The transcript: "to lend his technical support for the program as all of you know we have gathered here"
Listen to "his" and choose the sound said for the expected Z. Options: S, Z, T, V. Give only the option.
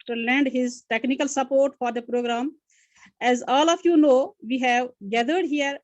Z